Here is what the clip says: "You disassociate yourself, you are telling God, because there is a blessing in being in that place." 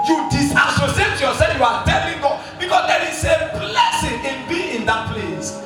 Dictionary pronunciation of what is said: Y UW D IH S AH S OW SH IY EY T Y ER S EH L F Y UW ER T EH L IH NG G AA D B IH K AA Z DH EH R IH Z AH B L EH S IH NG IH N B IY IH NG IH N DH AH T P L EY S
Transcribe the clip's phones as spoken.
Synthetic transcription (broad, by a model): Y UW D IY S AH S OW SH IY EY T Y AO S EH F Y UW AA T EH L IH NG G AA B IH K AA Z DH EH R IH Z AH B L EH S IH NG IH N B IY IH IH N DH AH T P L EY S